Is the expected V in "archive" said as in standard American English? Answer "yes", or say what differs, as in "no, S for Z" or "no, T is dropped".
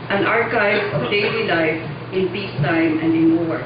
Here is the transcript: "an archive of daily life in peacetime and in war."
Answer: no, V is dropped